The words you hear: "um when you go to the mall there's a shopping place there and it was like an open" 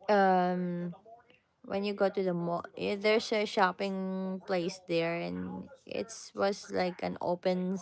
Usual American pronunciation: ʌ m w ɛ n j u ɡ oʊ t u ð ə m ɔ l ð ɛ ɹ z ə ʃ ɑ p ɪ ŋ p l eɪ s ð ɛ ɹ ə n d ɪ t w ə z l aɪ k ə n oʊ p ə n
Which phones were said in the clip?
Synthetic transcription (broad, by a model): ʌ m w ɛ n j u ɡ oʊ t u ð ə m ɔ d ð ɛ ɹ s ə ʃ ɑ p ɪ ŋ p l eɪ s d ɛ ɹ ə n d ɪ t w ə s l aɪ k ə n oʊ p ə n